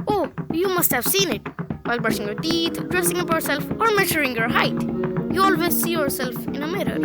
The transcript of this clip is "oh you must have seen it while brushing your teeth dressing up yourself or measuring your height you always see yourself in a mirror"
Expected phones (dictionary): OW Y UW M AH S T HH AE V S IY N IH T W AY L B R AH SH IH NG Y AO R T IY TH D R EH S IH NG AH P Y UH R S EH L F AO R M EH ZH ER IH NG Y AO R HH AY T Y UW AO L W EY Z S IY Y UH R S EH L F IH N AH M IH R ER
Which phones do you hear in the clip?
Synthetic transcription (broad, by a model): OW Y UW M AH S T HH AE V S IY N IH T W AY L B AH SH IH NG Y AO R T IY T D R EH S IH NG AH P Y UH R S EH L F AO R M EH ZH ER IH NG Y AO R HH AY T Y UW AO L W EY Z S IY Y UH R S EH L F IH N AH M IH R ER